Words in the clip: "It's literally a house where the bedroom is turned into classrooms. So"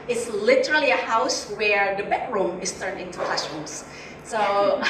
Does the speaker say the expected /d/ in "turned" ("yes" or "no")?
no